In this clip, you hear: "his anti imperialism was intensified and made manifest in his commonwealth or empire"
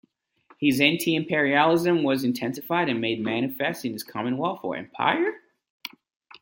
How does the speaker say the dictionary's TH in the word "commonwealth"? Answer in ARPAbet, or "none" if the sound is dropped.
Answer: F